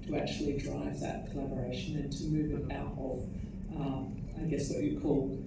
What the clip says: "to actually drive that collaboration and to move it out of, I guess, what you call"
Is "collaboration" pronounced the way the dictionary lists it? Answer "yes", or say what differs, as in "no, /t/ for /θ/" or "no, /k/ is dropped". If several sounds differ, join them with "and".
yes